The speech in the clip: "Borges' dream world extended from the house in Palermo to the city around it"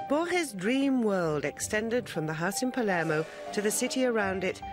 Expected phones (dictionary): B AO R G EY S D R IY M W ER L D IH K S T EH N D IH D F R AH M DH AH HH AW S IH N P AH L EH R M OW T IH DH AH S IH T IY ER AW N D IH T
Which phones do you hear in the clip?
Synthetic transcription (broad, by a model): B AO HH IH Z D R IY M W ER L D IH K S T EH N D IH D F R AH M DH AH HH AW S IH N P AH L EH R M OW T IH DH AH S IH T IY ER AW N D IH T